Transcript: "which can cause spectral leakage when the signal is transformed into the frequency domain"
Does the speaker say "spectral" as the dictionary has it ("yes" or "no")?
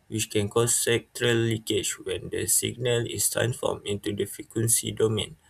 no